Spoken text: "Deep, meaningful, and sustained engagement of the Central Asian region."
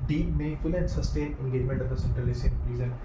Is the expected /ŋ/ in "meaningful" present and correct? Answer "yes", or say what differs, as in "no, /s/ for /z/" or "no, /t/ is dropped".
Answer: no, /ŋ/ is dropped